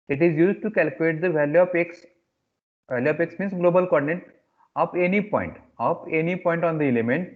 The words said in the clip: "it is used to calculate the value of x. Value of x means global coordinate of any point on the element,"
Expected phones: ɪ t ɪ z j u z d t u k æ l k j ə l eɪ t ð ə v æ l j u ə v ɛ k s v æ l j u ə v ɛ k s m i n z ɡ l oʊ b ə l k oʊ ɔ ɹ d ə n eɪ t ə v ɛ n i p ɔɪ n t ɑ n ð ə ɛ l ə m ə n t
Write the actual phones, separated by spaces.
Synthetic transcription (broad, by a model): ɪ t ɪ z j u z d t u k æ l k j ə l eɪ t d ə v æ l j u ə p ɛ k s v æ l j u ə p ɛ k s m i n s ɡ l oʊ b ə l k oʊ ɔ ɹ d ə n eɪ t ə p ɛ n i p ɔɪ n t ɑ n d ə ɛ l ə m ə n t